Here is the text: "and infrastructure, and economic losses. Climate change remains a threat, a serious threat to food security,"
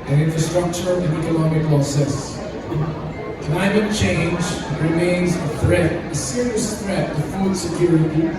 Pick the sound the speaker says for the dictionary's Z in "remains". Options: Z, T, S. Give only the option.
Z